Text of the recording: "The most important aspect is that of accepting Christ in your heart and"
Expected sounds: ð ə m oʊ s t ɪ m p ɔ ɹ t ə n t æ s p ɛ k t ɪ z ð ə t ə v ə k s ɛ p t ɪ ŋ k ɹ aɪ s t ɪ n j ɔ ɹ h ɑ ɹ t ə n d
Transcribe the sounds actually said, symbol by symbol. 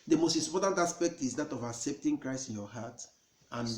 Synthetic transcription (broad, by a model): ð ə m oʊ s t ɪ p ɔ t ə n t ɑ s p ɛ k t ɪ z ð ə t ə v ə k s ɛ p t ɪ ŋ k ɹ aɪ s t ɪ n j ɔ h ɑ t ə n